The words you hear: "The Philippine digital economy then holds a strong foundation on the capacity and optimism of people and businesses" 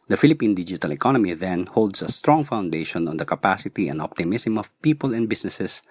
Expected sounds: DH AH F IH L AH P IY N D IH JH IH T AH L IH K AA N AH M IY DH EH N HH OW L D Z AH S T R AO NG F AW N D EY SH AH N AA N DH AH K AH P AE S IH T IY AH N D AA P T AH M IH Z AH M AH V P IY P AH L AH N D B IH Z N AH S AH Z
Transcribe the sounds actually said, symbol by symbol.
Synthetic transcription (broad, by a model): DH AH F IH L AH P IY N D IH JH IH T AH L IH K AA N AH M IY DH EH N HH OW L D S AH S T R AO NG F AW N D EY SH AH N AA N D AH K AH P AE S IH T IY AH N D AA P T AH M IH S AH M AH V P IY P AH L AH N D B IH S N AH S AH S